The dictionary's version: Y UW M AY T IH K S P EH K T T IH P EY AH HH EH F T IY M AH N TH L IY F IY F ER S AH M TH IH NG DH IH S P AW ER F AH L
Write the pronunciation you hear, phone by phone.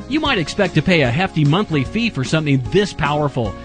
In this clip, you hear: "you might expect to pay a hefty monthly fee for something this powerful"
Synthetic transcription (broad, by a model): Y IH M AY T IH K S P EH K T T IH P EY AH HH EH F T IY M AH N TH L IY F IY F ER S AH M TH IH NG DH IH S P AW ER F L